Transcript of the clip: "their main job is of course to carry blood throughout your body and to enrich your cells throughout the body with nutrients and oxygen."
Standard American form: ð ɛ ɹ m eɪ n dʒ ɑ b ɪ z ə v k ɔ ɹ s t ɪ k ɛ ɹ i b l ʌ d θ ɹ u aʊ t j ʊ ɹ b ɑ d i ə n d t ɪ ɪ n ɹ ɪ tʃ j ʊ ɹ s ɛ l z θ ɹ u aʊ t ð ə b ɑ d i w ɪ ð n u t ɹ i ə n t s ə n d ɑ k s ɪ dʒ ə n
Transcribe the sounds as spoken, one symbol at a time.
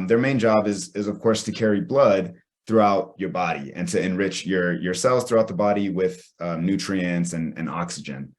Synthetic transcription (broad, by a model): ð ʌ ɹ m eɪ n dʒ ɑ b ɪ z ə v k ɔ ɹ s t ɪ k ɛ ɹ i b l ʌ d θ ɹ u aʊ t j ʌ ɹ b ɑ d i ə n t ɪ ɪ n ɹ ɪ tʃ j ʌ ɹ s ɛ l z θ ɹ u aʊ t ð ə b ɑ d i w ɪ ð n u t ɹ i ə n t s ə n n ɑ k s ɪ dʒ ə n